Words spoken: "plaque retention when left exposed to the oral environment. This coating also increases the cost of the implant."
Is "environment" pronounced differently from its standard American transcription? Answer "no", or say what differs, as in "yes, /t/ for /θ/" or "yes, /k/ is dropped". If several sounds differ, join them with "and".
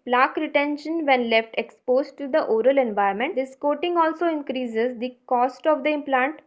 yes, /ɹ/ is dropped